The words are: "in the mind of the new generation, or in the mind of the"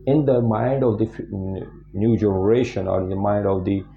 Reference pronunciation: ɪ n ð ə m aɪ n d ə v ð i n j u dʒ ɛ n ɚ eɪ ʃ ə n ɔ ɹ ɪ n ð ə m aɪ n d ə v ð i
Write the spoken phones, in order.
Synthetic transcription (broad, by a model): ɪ n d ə m aɪ n d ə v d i n j u dʒ ɛ n ɚ eɪ ʃ ə n ɔ ɹ ɪ n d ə m aɪ n d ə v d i